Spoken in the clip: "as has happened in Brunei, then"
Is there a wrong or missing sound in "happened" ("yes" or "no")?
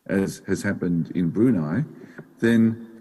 no